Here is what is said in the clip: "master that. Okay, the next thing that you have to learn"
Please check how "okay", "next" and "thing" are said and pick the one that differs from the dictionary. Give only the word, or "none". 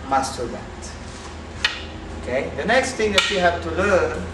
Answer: thing